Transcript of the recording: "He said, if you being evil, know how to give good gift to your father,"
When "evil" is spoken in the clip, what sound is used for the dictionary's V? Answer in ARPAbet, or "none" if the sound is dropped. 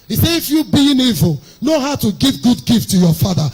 V